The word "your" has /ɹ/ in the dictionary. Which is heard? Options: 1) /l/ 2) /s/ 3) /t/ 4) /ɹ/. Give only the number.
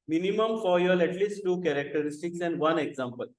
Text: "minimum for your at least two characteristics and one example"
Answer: 1